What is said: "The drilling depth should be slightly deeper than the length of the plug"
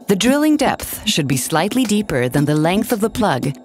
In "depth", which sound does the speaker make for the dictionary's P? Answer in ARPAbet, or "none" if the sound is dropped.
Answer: P